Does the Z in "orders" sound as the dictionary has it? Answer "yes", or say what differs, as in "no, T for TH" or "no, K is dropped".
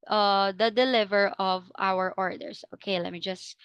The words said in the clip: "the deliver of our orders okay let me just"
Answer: no, S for Z